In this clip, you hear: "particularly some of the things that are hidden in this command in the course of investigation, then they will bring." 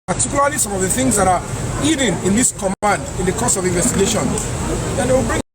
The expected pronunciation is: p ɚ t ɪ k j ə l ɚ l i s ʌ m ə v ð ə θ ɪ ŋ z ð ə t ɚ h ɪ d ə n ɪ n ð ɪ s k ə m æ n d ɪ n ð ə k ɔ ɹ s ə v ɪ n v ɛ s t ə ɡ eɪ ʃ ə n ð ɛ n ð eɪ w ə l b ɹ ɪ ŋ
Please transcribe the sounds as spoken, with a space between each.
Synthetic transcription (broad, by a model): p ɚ t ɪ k j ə l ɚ l i s ʌ m ə v ð ə θ ɪ ŋ z ð ə t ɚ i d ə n ɪ n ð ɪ s k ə m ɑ n d ɪ n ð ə k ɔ s ə v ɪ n v ɛ s t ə ɡ eɪ ʃ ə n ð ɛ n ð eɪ w ə l b ɹ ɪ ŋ